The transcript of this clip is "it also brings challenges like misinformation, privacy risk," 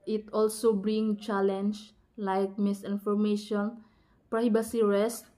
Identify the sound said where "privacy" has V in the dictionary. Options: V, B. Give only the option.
B